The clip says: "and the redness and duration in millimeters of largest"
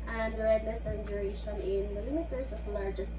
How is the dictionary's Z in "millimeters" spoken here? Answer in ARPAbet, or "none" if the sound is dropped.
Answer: S